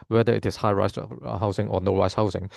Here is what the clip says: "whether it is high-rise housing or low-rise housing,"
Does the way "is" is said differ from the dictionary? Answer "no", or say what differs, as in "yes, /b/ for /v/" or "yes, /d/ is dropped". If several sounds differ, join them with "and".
yes, /s/ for /z/